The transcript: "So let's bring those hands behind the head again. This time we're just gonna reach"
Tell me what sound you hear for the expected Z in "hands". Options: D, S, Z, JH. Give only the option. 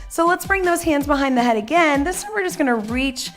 Z